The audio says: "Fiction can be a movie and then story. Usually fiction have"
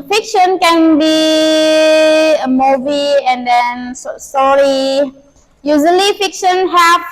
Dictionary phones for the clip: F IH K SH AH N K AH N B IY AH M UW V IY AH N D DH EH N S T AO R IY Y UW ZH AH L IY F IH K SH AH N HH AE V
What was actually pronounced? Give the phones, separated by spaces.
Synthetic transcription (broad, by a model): F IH K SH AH N K AH N B IY AH M UW V IY AH N D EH N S S AO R IY Y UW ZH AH L IY F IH K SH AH N HH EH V